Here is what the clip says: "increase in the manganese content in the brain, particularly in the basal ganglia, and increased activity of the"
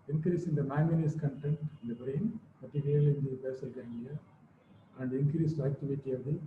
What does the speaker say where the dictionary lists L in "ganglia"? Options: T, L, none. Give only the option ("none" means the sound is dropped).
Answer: none